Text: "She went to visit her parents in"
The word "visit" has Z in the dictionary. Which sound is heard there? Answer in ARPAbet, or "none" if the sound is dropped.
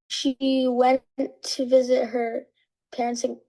Z